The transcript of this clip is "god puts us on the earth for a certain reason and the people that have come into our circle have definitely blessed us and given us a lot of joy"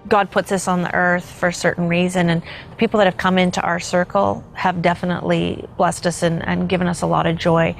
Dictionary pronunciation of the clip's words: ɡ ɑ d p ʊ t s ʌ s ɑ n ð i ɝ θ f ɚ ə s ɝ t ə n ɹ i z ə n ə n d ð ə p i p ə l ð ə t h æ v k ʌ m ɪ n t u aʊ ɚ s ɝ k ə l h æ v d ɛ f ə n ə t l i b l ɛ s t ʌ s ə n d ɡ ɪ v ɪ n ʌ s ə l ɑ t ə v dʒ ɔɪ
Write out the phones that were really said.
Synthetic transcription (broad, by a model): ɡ ɑ d p ʊ t s ʌ s n ð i ɝ θ f ɚ s ɝ t n ɹ i z ə n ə n ð ə p i p l ð ə t h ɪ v k ʌ m ɪ n t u aʊ ɚ s ɝ k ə l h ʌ v d ɛ f ə n ə t l i b l ɛ s t ʌ s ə n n ɡ ɪ v ɪ n ʌ s ə l ɑ t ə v dʒ ɔɪ